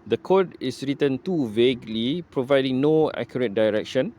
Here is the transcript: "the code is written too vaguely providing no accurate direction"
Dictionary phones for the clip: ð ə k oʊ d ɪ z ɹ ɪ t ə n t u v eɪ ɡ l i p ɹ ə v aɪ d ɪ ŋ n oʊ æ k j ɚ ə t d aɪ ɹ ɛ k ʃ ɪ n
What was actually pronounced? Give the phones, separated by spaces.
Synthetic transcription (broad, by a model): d ə k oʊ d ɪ s ɹ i t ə n t u v eɪ ɡ l i p ɹ ə v aɪ d ɪ ŋ n oʊ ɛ k j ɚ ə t d aɪ ɹ ɛ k ʃ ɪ n